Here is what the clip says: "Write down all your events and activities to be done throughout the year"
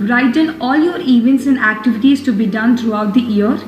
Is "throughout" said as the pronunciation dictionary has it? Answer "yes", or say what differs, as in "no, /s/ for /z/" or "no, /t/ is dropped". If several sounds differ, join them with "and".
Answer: no, /t/ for /θ/